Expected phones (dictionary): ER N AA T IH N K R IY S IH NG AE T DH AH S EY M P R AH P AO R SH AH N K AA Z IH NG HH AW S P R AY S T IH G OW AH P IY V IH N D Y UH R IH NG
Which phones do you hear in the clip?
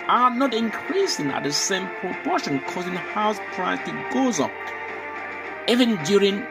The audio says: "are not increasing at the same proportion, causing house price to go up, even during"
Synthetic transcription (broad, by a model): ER N AA T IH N K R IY S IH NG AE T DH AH S EY M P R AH P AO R SH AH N K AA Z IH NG HH AW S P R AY T IH G OW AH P IY V IH N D Y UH R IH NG